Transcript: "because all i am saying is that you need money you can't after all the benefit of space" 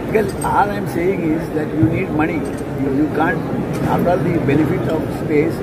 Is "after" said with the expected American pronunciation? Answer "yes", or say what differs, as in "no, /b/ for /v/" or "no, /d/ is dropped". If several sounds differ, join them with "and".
no, /f/ is dropped